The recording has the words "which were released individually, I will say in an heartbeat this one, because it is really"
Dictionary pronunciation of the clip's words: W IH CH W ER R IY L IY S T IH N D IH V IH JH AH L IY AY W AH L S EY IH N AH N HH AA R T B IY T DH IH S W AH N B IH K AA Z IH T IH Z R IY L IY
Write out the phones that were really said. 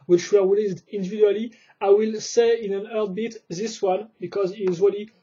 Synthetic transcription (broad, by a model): W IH CH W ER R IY L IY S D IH N D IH V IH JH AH L IY AY W AH L S EY IH N AH N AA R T B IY T DH IH S W AH N B IH K AA Z IH T IH Z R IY L IY